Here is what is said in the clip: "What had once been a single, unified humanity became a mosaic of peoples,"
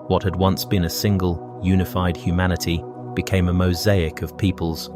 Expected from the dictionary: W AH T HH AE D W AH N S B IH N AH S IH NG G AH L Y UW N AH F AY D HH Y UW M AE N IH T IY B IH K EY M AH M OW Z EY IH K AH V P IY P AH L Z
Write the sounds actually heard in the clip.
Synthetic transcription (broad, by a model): W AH T HH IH D W AH N S B IH N AH S IH NG G AH L Y UW N AH F AY D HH Y UW M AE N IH T IY B IH K EY M AH M OW Z EY IH K AH V P IY P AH L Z